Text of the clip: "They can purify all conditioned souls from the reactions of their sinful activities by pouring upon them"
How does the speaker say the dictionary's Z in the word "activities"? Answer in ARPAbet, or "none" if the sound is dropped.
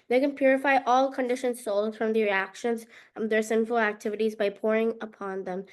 Z